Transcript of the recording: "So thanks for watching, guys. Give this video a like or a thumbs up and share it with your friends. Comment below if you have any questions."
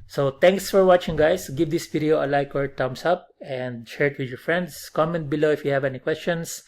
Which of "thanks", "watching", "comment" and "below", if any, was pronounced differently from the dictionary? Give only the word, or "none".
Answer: thanks